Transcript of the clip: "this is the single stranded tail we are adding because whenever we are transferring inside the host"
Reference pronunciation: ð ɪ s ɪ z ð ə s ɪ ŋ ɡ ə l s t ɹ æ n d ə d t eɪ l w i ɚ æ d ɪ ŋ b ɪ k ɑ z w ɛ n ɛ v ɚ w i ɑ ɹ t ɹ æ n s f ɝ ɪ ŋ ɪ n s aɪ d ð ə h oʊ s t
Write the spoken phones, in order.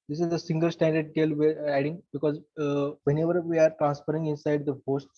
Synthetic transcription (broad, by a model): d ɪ s ɪ z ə s ɪ ŋ ɡ ə l s t æ n d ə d t eɪ l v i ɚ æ d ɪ ŋ b ɪ k ɑ z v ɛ n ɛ v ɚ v i ɑ ɹ t ɹ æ n s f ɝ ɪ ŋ ɪ n s aɪ d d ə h oʊ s t